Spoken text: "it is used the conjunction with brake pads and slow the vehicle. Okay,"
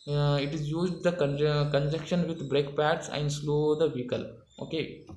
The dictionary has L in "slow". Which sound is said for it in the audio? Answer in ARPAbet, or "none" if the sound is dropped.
L